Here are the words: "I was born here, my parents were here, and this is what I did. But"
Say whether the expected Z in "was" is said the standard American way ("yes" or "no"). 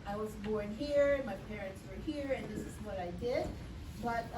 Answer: yes